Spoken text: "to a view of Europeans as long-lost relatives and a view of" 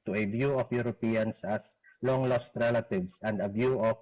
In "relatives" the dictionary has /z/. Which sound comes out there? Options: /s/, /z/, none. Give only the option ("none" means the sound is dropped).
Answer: /s/